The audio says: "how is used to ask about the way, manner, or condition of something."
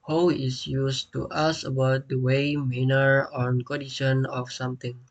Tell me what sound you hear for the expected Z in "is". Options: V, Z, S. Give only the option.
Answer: S